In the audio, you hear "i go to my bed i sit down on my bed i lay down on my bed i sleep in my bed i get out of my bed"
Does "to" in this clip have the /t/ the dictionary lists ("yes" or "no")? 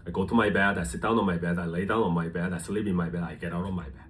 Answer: yes